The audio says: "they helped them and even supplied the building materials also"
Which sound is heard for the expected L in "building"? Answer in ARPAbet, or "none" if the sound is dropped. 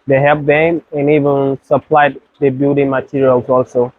none